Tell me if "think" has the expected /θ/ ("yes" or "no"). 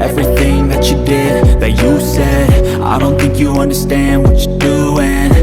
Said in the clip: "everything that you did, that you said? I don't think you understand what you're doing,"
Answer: yes